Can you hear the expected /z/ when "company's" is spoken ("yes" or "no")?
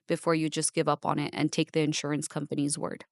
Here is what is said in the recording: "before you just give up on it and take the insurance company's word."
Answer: yes